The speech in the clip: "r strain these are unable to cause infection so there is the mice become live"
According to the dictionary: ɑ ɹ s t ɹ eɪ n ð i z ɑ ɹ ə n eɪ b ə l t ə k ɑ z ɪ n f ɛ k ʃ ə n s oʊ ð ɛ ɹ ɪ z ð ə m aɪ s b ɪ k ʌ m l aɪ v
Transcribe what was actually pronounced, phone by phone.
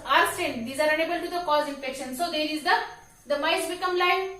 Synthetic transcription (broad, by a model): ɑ ɹ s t eɪ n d i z ɑ ɹ ə n eɪ b ə l t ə k ɑ z ɪ n f ɛ k ʃ ə n s oʊ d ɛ ɹ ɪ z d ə m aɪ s b ɪ k ʌ m l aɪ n